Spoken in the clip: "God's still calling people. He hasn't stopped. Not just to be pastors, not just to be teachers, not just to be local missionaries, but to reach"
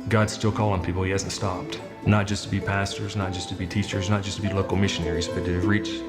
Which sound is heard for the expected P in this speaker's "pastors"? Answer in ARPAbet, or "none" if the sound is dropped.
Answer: P